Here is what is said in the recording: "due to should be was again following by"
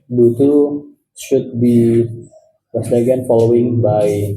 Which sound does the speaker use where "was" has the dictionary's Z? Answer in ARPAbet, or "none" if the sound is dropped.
S